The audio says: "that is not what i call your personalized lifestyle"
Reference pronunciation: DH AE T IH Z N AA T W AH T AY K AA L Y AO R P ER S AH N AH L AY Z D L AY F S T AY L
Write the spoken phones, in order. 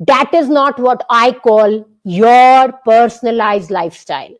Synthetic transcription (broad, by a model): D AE T IH Z N AA T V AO T AY K AA L Y AO R P ER S AH N AH L AY Z D L AY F S T AY L